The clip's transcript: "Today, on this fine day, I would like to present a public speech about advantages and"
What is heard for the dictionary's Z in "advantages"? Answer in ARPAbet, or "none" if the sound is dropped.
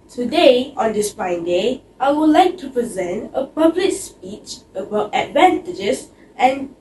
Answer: S